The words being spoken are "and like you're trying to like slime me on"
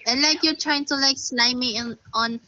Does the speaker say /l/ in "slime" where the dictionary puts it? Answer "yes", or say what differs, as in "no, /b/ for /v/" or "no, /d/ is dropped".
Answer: no, /n/ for /l/